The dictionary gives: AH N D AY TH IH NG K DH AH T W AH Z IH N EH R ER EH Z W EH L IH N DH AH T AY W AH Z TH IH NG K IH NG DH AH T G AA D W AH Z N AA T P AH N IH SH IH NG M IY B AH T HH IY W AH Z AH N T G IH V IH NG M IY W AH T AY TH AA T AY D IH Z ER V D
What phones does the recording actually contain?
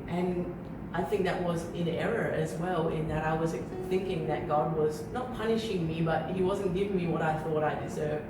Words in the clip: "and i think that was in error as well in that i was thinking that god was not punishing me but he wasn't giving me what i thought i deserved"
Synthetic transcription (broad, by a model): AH N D AY TH IH NG K DH AH T W AH Z IH N EH R ER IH Z W EH L IH N DH AH T AY W AH Z TH IH NG K IH NG DH AH T G AA D W AH Z N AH T P AH N IH SH IH NG M IY B AH T HH IY W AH Z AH N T G IH V IH NG M IY W AH T AY TH AA T AY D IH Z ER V